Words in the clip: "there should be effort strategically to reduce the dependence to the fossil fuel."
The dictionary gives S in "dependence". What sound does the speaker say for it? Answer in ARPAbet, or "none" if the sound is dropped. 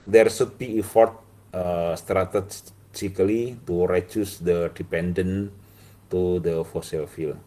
none